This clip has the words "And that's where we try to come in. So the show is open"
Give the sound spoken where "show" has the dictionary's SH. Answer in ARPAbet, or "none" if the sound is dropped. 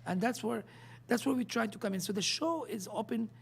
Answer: SH